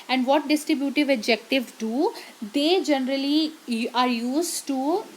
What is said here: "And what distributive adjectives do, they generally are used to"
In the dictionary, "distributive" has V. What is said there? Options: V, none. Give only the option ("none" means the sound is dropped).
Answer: V